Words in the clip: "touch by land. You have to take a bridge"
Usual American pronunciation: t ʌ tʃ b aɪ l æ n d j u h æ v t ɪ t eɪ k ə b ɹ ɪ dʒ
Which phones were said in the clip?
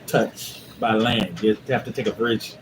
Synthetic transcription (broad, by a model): t ʌ tʃ b aɪ l æ n d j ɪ h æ f t ɪ t eɪ k ə b ɹ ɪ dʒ